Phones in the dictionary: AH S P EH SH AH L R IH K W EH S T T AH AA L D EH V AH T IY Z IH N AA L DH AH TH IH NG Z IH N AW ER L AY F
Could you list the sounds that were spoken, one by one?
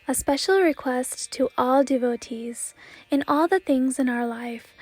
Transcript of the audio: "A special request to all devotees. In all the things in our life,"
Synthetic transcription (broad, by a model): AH S P EH SH L R IH K W EH S T T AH AA L D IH V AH T IY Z IH N AA L DH AH TH IH NG Z IH N AW ER L AY F